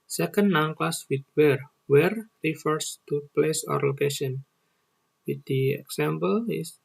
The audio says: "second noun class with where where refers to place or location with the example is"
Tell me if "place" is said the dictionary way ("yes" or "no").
yes